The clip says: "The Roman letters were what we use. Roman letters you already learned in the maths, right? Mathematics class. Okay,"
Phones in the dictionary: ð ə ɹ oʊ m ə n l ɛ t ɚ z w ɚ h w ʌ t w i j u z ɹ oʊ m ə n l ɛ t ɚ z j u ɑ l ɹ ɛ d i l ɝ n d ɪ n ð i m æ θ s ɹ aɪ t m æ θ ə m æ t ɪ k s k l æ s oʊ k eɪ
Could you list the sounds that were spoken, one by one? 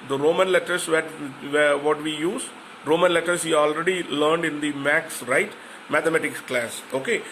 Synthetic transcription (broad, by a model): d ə ɹ oʊ m ə n l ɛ t ɚ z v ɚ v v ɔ t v i j u z ɹ oʊ m ə n l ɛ t ɚ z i ɑ l ɹ ɛ d i l ɝ n d ɪ n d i m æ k s ɹ aɪ t m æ t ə m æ t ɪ k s k l æ s oʊ k eɪ